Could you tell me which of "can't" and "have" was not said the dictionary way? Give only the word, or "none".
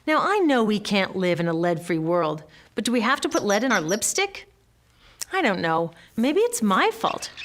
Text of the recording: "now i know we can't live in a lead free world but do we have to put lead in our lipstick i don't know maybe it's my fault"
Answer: have